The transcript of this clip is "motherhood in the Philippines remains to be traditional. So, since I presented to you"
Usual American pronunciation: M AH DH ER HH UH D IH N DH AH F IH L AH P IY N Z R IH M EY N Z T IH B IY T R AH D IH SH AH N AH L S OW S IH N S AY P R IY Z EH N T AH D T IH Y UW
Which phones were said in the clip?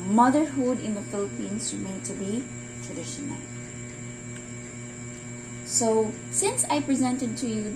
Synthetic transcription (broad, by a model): M AH DH ER HH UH D IH N DH AH F IH L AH P IY N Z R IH M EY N T IH B IY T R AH D IH SH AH N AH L S OW S IH N S AY P R IY Z EH N T AH D T IH Y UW